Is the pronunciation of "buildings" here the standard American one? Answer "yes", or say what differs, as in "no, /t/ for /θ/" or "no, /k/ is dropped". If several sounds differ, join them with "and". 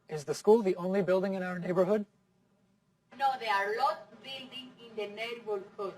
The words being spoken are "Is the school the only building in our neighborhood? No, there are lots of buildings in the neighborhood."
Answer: no, /z/ is dropped